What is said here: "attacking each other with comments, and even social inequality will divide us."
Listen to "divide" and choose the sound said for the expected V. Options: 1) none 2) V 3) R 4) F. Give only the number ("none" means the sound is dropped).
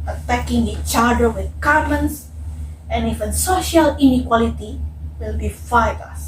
4